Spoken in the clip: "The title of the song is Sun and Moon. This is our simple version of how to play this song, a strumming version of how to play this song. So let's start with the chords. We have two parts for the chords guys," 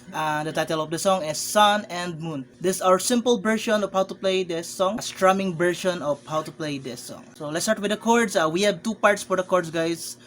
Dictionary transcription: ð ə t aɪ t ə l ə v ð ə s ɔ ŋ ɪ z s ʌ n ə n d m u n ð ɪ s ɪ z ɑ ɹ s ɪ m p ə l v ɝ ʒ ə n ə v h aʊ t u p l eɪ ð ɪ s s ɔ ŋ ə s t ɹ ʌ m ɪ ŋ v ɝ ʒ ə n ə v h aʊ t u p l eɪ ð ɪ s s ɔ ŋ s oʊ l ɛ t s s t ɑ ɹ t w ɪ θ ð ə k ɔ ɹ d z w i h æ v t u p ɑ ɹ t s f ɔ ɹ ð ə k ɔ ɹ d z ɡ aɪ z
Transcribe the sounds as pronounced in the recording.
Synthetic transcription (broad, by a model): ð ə t aɪ t ə l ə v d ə s ɔ ŋ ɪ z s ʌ n ə n d m u n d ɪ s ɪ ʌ ɹ s ɪ m p ə l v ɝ ʃ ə n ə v h aʊ t u p l eɪ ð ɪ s s ɔ ŋ s t ɹ ʌ m ɪ ŋ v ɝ ʃ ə n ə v h aʊ t u p l eɪ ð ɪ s s ɔ ŋ s oʊ l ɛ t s s t ɑ ɹ t w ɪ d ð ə k ɔ ɹ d s w i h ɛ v t u p ɑ ɹ t s f ɔ ɹ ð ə k ɔ ɹ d s ɡ aɪ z